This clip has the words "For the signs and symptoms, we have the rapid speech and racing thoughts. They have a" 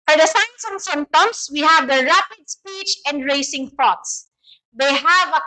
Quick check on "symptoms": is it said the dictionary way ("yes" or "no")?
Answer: no